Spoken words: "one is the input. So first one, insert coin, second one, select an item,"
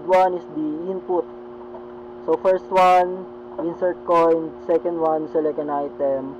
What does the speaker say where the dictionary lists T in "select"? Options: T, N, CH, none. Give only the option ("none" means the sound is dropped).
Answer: none